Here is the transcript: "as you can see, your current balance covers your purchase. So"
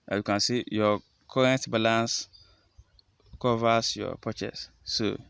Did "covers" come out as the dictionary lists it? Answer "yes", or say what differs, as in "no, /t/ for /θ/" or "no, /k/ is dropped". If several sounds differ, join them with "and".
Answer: no, /s/ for /z/